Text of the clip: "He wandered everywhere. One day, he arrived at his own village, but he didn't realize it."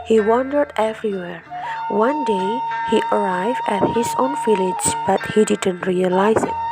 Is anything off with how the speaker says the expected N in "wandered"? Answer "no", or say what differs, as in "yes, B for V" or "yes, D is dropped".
no